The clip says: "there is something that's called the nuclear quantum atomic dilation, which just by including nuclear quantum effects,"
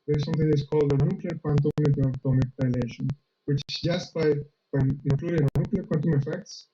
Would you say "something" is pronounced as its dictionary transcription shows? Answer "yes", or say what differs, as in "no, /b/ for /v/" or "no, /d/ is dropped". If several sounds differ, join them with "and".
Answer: no, /t/ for /θ/